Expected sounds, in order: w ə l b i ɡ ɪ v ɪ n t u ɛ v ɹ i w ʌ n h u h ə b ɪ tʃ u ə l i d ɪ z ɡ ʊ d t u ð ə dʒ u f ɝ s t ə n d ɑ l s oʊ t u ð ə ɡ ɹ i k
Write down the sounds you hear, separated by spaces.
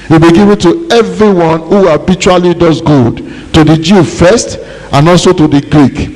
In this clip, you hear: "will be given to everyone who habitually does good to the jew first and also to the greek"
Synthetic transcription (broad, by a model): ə b i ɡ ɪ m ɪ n t u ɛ v ɹ i w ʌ n h u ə b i tʃ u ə l i d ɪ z ɡ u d t u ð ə dʒ u f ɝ s t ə n ɑ l s oʊ t u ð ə ɡ ɹ i k